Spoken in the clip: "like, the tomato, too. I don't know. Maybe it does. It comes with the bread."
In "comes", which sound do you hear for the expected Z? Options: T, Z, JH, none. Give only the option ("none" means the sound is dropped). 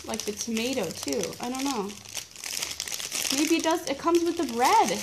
Z